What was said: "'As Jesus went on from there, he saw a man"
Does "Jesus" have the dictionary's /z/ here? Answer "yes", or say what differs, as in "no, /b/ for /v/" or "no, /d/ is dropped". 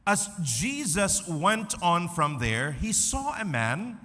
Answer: yes